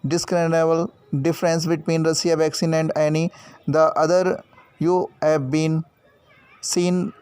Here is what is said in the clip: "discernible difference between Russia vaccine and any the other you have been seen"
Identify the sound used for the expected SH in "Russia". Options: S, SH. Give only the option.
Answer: S